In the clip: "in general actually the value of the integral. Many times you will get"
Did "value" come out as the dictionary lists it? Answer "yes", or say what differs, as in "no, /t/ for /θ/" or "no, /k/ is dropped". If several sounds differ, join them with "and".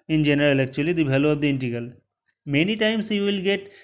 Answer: no, /b/ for /v/